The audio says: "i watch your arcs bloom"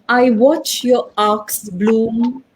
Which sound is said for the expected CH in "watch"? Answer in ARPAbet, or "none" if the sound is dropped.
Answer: CH